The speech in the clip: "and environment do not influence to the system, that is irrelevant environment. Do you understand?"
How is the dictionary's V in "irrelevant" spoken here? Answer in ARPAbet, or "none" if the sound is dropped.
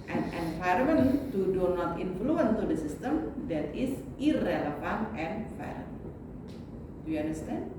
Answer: F